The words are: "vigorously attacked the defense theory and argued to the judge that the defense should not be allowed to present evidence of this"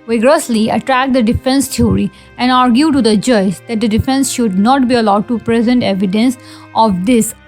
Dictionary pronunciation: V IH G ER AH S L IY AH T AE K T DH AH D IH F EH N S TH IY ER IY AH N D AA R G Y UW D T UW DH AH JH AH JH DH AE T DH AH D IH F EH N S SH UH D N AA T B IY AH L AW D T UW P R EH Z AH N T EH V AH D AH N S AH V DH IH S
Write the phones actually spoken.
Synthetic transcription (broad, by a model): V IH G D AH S L IY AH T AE K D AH D IH F EH N S T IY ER IY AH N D AA R G Y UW T UW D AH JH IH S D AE T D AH D IH F EH N S SH UH D N AA T B IY AH L AW D T UW P R EH Z AH N T EH V AH D AH N S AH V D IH S